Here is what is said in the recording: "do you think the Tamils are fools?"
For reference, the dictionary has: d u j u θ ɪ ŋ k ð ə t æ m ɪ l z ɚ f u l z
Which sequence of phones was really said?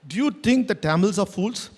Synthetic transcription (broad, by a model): d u j u t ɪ ŋ k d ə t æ m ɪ l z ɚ f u l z